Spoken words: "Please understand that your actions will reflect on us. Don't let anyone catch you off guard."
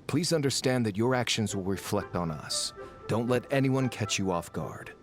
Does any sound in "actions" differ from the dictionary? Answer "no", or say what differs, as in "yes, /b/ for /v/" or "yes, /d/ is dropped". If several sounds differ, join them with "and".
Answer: no